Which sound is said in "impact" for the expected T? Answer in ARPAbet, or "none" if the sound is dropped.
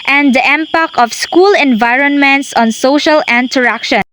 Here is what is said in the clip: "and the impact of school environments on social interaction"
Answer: none